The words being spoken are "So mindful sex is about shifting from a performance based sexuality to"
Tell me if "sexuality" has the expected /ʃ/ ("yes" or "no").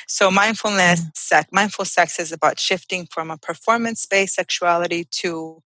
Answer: yes